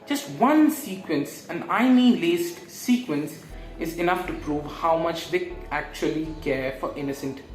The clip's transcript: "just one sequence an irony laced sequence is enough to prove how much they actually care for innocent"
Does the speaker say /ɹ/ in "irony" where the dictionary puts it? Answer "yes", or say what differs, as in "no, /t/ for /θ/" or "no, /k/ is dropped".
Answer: no, /ɹ/ is dropped